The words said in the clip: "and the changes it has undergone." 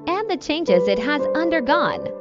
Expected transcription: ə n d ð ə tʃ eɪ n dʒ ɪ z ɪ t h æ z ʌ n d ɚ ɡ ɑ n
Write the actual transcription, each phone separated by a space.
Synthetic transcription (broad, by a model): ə n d ð ə tʃ eɪ n dʒ ɪ z ɪ t h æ z ʌ n d ɚ ɡ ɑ n